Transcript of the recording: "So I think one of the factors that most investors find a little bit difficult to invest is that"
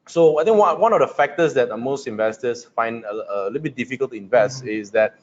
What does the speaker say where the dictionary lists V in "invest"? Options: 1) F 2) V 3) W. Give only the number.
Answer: 2